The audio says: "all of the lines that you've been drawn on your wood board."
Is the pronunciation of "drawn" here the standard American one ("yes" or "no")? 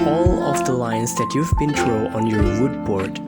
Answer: no